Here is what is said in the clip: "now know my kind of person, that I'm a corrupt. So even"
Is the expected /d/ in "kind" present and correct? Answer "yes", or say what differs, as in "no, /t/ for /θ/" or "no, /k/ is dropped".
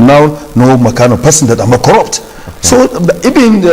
no, /d/ is dropped